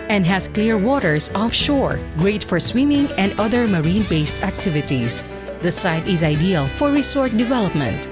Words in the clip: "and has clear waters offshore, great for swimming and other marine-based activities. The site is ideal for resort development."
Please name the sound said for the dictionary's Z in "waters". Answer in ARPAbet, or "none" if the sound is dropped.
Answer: S